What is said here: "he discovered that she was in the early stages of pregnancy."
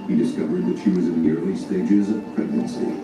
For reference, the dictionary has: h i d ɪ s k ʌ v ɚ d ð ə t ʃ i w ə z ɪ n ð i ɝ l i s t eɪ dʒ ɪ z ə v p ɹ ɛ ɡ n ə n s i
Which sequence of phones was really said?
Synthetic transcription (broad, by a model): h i d ɪ s k ʌ v ɚ d ð ə t ʃ i w ə z ɪ n ð i ɝ l i s t eɪ dʒ ɪ z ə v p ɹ ɛ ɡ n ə n s i